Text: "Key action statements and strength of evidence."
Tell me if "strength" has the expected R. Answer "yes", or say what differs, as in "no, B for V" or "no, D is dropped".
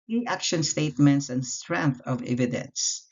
yes